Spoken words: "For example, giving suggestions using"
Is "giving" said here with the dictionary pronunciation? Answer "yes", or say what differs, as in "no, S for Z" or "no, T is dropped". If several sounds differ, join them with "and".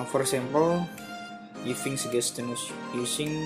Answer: no, F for V